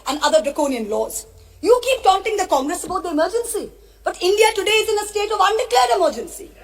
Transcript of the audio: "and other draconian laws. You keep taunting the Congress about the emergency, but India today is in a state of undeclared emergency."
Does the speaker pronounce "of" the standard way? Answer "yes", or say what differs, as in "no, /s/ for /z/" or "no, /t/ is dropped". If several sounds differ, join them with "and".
yes